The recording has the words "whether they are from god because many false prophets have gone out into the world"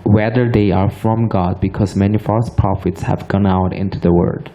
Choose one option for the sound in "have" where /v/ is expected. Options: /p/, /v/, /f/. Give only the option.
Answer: /v/